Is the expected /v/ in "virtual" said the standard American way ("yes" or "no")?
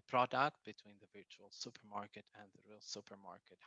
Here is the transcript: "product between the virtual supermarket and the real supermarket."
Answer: yes